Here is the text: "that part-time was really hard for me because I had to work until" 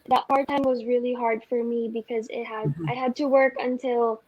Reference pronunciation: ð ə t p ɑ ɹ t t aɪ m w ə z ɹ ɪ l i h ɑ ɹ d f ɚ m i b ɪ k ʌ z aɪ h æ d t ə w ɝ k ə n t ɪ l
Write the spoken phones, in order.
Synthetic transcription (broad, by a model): ð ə t p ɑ ɹ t t aɪ m w ə z ɹ ɪ l i h ɑ ɹ d f ɚ m i b ɪ k ʌ z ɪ h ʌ d t ə w ɝ k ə n t ɪ l